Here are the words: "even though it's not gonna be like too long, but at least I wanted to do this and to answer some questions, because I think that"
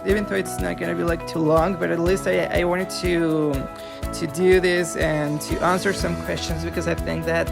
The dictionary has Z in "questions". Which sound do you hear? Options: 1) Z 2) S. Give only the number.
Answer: 1